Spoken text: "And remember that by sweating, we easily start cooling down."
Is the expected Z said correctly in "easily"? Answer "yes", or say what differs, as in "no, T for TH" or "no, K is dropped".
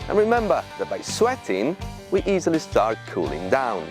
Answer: yes